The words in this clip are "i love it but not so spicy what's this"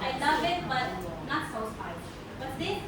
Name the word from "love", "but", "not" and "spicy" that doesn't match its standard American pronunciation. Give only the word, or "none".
spicy